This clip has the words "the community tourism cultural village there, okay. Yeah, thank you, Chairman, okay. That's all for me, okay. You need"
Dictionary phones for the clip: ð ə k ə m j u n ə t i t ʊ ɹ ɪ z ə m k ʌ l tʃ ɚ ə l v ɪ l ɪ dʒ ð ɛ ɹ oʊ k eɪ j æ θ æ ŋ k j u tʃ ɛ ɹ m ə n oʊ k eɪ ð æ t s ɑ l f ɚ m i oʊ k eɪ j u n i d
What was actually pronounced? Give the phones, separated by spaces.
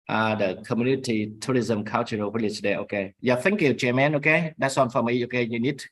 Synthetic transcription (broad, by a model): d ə k ə m j u n ə t i t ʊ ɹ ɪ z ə m k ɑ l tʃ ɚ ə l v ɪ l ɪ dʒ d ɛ oʊ k eɪ j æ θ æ ŋ k j u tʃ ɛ m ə n oʊ k eɪ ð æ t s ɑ n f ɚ m i oʊ k eɪ j u n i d